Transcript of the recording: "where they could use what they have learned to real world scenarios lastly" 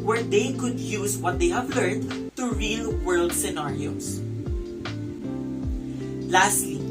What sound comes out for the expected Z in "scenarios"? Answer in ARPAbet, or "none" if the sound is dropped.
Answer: S